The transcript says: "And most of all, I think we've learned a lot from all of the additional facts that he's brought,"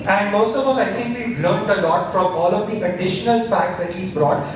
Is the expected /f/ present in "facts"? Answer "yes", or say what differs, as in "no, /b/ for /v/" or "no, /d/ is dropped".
yes